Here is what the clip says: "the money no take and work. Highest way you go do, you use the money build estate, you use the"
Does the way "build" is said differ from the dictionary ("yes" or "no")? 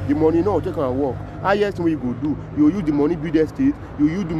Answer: yes